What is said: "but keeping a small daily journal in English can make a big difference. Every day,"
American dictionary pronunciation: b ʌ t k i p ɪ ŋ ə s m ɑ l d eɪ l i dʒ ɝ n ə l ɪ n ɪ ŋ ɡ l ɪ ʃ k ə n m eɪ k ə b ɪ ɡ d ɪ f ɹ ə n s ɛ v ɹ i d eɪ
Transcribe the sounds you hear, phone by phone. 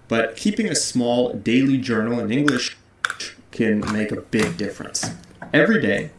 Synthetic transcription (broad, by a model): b ʌ t k i p ɪ ŋ ə s m ɑ l d eɪ l i dʒ ɝ n l ɪ n ɪ ŋ ɡ l ɪ ʃ k ə n m eɪ k ə b ɪ ɡ d ɪ f ɹ ə n s ɛ v ɹ i d eɪ